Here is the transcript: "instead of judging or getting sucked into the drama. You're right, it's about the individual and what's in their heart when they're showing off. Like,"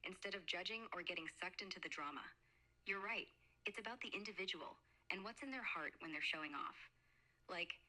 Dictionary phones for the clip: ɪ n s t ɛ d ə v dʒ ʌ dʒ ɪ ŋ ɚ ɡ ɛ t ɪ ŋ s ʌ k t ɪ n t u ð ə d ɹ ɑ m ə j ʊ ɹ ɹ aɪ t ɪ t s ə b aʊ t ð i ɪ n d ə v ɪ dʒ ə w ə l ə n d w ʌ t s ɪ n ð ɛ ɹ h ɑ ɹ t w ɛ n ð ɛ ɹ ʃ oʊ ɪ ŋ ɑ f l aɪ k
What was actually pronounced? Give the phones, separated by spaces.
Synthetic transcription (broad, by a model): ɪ n s t ɛ d ə v dʒ ʌ dʒ ɪ ŋ ɚ ɡ ɛ t ɪ ŋ s ʌ k t ɪ n t u ð ə d ɹ ɑ m ə j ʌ ɹ ɹ aɪ t ɪ t s ə b aʊ t ð i ɪ n d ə v ɪ dʒ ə w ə l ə n w ʌ t s ɪ n ð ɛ ɹ h ɑ ɹ t w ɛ n ð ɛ ɹ ʃ oʊ ɪ ŋ ɑ f l aɪ k